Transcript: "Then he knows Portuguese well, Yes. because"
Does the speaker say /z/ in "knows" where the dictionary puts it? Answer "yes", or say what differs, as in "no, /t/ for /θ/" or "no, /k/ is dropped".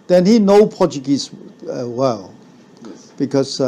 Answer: no, /z/ is dropped